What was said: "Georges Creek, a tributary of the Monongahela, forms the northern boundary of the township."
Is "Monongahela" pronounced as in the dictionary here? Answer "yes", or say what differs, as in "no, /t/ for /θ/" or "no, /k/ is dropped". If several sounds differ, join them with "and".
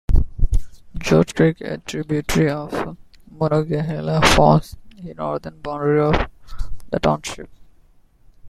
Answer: no, /ŋ/ is dropped